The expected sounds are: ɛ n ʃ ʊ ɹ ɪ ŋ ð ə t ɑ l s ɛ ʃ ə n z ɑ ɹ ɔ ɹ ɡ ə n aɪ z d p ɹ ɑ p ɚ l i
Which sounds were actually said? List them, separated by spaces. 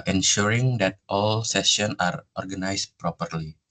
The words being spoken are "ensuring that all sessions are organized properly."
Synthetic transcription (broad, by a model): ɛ n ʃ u ɹ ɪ ŋ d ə t ɑ l s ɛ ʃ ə n ɑ ɹ ɔ ɹ ɡ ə n aɪ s p ɹ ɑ p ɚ l i